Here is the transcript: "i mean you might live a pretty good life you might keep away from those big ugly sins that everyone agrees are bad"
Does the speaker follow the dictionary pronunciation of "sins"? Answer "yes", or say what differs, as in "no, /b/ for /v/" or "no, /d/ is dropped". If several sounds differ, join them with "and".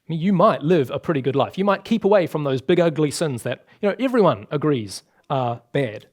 yes